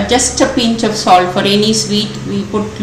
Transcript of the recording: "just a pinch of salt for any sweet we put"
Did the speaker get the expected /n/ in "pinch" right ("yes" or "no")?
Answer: yes